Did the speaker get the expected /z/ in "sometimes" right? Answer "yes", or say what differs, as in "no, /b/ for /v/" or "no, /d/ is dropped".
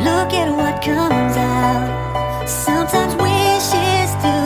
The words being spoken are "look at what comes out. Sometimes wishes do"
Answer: yes